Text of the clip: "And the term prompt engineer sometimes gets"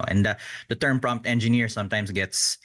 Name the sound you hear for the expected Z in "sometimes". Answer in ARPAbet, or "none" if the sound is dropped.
S